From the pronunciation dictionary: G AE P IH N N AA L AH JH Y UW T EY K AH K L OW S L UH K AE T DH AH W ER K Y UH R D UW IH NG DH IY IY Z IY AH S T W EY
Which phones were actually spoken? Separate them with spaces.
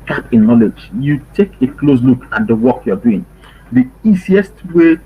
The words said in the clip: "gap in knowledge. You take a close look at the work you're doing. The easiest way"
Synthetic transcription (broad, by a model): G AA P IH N N AA L AH JH Y UW T EY K AH K L OW S L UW K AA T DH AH W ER K Y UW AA D UW IH NG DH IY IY S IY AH S T W EY